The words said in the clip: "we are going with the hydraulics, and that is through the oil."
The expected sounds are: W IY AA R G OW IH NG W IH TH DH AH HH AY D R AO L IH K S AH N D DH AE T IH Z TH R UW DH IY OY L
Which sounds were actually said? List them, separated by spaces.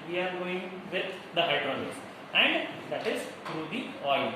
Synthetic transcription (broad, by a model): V IY AA R G OW IH NG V IH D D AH HH AY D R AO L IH S AH N D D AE T IH Z T R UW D IY OY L